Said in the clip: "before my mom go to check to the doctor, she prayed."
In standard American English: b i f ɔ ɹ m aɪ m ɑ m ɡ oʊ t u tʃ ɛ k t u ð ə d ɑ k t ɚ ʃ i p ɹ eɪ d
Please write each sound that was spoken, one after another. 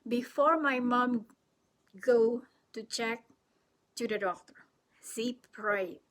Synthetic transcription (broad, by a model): b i f ɔ ɹ m aɪ m ɑ m ɡ oʊ t u tʃ ɛ k t u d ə d ɑ k t ɚ s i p ɹ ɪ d